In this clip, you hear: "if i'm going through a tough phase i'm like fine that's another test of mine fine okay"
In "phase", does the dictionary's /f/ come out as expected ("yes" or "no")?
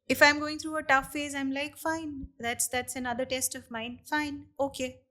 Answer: yes